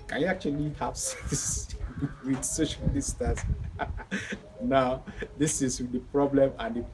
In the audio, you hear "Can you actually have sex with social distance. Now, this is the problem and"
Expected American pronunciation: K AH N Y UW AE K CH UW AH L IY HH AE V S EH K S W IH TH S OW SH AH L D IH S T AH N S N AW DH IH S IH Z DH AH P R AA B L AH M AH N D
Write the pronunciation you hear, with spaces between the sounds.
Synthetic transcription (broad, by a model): K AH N Y UW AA K CH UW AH L IY HH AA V S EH S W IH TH S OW SH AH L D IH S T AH S N AW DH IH S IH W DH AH P R AA B L AH M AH N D